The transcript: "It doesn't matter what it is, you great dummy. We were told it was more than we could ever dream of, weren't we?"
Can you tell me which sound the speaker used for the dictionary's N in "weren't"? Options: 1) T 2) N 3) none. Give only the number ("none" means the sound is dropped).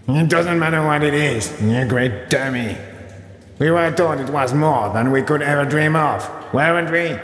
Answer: 2